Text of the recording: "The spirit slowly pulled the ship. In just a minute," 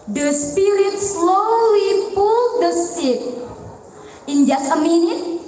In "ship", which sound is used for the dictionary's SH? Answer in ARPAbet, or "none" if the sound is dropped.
S